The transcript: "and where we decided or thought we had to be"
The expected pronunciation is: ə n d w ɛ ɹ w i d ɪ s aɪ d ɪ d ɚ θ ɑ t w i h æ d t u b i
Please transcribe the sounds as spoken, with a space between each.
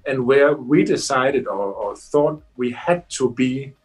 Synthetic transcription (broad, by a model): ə n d w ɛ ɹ w i d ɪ s aɪ d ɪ d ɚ θ ɑ t w i h æ d t u b i